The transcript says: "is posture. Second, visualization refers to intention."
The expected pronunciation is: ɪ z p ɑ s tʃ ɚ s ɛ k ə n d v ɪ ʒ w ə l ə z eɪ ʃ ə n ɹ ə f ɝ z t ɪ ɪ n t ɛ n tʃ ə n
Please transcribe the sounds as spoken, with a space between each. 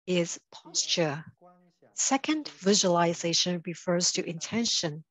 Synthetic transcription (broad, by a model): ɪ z p ɑ s tʃ ɚ s ɛ k ə n d v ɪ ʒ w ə l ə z eɪ ʃ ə n ɹ ə f ɝ z t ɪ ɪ n t ɛ n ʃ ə n